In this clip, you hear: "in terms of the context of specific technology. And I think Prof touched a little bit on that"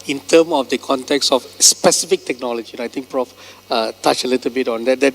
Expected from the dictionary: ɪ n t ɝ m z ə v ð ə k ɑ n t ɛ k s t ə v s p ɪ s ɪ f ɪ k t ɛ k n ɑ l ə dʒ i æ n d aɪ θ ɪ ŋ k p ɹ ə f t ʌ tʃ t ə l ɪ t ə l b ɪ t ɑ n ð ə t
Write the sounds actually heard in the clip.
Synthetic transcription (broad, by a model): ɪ n t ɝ m ə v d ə k ɑ n t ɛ k s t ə f s p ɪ s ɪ f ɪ k t ɛ k n ɑ l ə dʒ i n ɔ aɪ t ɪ ŋ k p ɹ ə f t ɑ tʃ ə l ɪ t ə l b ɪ t ɑ n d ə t